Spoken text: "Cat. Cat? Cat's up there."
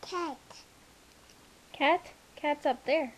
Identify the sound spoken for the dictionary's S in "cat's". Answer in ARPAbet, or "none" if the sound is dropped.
S